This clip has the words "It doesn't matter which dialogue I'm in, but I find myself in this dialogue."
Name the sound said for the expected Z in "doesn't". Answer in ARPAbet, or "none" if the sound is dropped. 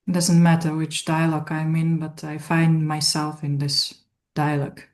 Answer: Z